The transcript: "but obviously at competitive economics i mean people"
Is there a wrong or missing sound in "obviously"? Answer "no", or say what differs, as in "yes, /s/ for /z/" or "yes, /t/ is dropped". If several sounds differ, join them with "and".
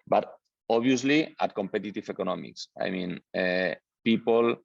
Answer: yes, /v/ is dropped